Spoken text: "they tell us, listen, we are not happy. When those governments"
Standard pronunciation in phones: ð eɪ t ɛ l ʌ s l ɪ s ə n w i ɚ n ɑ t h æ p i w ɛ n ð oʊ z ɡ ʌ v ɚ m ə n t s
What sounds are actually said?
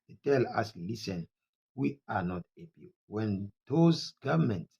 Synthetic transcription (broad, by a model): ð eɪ t ɛ l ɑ s l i s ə n w i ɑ n ɑ t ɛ b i w ɛ n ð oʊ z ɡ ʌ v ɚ m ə n t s